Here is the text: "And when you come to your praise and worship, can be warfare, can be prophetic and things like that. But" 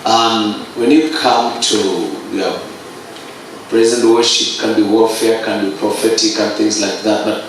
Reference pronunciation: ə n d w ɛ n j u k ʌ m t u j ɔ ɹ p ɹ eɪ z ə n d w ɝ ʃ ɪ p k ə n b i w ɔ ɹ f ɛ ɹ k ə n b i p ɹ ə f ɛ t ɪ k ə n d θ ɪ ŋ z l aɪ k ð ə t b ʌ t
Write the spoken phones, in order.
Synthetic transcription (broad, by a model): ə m w ɛ n j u k ʌ m t u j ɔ p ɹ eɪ z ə n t w ɝ ʃ ɪ p k ə n b i w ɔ l f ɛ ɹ k ə n b i p ɹ ə f ɛ t ɪ k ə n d θ ɪ ŋ z l aɪ k ð ə t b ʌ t